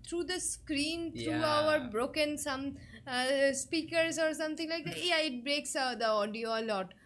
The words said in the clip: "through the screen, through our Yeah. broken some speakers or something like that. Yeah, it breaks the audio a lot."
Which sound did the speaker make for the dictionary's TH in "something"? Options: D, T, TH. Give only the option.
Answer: T